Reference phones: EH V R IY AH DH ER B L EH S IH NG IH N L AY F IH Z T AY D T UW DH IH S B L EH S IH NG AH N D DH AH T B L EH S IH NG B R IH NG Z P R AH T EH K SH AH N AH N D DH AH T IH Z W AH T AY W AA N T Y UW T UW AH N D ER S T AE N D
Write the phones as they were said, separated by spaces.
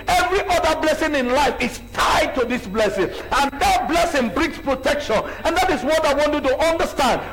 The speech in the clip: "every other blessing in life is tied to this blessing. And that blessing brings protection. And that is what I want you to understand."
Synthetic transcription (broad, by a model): EH V R IY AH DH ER B L EH S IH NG IH N L AY F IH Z T AY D T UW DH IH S B L EH S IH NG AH N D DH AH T B L EH S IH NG B R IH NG S P R AH T EH K SH AH N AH N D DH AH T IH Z W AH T AY W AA N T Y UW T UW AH N D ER S T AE N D